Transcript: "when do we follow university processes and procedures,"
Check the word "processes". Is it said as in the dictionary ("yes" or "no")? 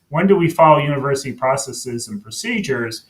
yes